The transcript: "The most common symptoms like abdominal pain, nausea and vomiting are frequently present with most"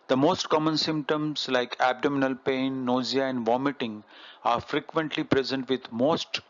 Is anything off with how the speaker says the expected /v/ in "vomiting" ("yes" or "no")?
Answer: no